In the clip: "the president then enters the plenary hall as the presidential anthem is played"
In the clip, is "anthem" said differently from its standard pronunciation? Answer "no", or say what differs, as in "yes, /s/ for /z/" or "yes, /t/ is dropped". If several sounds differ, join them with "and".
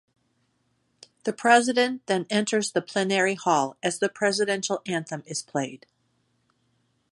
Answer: no